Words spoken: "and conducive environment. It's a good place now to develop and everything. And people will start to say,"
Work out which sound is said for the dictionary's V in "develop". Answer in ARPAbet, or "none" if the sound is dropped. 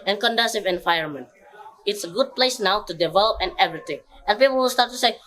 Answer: V